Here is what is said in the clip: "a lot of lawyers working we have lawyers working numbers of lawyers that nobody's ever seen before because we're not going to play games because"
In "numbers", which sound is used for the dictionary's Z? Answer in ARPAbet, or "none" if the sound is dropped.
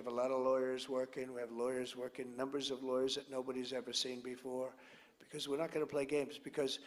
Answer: Z